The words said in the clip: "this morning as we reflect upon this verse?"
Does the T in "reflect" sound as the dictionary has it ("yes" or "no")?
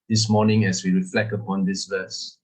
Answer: no